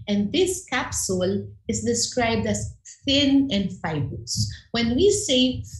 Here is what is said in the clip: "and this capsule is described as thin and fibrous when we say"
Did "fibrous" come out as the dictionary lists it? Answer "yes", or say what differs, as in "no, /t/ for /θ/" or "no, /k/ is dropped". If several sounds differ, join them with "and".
no, /ɹ/ is dropped